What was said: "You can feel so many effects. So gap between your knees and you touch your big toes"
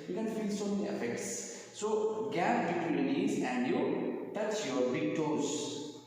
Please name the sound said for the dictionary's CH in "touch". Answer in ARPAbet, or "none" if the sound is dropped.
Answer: S